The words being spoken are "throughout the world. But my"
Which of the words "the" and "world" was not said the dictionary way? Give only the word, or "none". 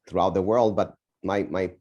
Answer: none